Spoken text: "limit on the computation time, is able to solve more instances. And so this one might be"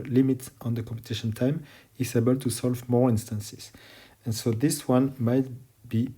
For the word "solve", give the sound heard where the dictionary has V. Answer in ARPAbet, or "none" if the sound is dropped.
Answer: V